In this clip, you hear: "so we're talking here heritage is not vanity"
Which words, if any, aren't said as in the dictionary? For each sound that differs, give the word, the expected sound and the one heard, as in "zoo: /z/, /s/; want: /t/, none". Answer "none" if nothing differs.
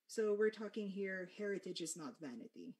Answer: none